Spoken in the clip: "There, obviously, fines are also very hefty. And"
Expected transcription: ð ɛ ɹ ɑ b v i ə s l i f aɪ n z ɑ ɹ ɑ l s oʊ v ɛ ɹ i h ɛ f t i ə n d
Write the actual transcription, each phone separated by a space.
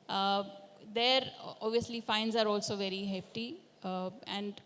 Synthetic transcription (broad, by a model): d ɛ ɹ ɑ b v i ə s l i f aɪ n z ɑ ɹ ɑ l s oʊ v ɛ ɹ i h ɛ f t i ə n d